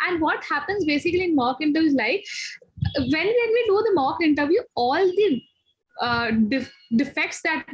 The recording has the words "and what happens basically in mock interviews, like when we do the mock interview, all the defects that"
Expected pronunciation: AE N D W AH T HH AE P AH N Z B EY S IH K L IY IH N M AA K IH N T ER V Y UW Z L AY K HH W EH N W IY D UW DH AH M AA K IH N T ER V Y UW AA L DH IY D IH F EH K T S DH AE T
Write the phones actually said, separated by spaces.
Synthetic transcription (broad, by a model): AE N D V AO T HH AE P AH N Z B EY S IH K L IY IH N M AA K IH N T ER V Y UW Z L AY K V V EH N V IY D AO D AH M AA K IH N T ER V Y UW AA L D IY D IH F EH K T S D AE T